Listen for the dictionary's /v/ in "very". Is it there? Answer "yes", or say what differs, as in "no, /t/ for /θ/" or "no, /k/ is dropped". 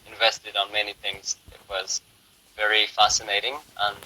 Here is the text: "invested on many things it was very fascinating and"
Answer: yes